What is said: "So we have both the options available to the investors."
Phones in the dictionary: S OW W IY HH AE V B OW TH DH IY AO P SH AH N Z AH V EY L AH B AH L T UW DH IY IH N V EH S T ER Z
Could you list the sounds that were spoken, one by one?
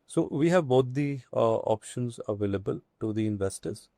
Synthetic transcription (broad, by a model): S OW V IY HH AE V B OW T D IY AO P SH AH N Z AH V EY L AH B AH L T UW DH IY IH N V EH S T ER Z